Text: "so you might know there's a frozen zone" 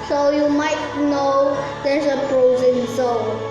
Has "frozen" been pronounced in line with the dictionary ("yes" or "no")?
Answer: no